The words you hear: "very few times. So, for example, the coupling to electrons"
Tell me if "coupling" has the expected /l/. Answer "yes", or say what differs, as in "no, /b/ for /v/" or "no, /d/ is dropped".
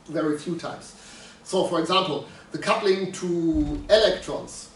yes